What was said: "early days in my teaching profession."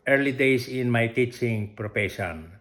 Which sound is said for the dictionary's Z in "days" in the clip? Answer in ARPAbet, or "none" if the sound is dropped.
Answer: S